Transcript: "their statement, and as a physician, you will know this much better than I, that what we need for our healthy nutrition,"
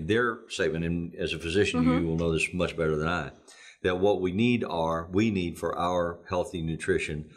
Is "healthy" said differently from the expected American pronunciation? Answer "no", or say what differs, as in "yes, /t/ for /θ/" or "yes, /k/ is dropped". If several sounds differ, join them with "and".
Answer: no